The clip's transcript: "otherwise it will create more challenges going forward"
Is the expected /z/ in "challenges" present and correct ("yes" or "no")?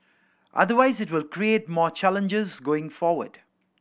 yes